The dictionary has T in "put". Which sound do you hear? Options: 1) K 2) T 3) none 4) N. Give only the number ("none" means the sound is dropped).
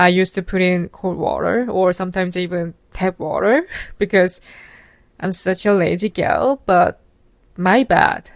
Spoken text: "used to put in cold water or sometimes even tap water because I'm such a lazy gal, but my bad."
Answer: 2